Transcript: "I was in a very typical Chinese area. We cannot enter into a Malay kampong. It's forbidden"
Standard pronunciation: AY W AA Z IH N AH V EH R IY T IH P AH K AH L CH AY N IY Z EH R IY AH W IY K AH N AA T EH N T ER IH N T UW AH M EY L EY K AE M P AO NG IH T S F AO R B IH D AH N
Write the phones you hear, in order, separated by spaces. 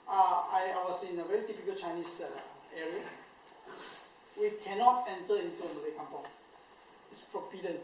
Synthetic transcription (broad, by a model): AY W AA S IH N AH V EH R IY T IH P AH K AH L CH AY N IY S EH R IY AH W IY K AH N AA T EH N T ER IH N T UW AH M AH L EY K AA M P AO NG IH T S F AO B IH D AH N